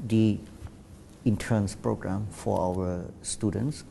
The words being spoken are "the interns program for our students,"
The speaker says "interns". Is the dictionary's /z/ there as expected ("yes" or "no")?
no